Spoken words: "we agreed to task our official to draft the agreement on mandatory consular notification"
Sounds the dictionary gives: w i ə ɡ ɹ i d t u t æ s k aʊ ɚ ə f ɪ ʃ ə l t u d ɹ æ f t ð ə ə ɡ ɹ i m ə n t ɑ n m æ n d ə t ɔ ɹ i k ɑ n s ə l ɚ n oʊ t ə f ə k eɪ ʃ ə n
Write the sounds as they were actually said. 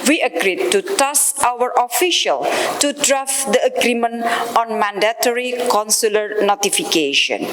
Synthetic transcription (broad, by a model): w i ə ɡ ɹ i d t u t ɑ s aʊ ɚ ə f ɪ ʃ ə l t u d ɹ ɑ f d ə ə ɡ ɹ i m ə n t ɑ n m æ n d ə t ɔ ɹ i k ɑ n s ə l ɚ n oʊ t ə f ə k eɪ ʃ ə n